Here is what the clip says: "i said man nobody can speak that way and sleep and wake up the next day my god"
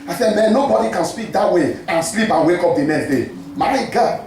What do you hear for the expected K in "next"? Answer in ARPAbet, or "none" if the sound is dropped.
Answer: none